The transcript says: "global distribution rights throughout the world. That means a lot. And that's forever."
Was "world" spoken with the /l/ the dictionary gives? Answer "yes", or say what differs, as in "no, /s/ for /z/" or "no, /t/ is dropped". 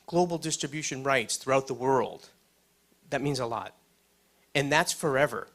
yes